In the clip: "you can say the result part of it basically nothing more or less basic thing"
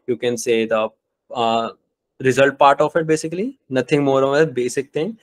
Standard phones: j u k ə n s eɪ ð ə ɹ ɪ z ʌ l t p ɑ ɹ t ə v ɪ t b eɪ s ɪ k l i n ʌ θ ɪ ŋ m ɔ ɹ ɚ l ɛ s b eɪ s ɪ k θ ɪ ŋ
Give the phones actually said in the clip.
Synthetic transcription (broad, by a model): j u k ə n s eɪ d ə ɹ ɪ z ʌ l t p ɑ ɹ t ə f ɪ t b eɪ s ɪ k l i n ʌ t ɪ ŋ m ɔ ɹ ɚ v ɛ b eɪ s ɪ k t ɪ ŋ